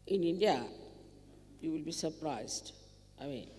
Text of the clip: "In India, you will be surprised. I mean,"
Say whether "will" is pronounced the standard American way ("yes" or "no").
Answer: yes